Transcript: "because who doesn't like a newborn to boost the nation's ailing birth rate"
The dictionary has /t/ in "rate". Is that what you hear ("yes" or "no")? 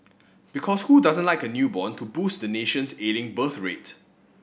yes